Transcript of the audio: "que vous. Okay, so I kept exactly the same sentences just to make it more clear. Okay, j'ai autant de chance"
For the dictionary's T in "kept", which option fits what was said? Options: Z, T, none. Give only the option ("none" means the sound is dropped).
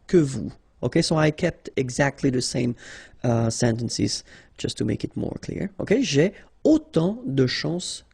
T